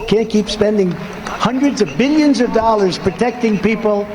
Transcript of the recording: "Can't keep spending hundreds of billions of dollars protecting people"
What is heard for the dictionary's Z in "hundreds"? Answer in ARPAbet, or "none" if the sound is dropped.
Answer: Z